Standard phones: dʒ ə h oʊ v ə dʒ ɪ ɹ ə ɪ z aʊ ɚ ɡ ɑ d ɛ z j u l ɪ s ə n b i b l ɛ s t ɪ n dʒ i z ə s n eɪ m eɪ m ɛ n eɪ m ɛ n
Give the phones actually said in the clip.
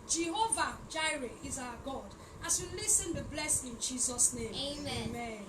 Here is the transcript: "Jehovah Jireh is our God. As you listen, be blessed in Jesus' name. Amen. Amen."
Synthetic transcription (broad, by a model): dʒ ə h oʊ v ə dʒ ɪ ɹ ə ɪ z aʊ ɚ ɡ ɑ d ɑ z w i l ɪ s ə n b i b l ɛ s ɪ n dʒ i z ə s n eɪ eɪ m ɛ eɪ m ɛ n